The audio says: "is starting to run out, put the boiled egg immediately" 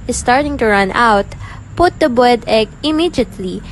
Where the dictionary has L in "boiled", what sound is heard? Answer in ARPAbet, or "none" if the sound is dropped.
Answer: none